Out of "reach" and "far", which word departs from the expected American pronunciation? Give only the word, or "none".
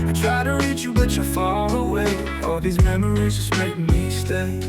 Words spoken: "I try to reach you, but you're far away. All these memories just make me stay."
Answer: far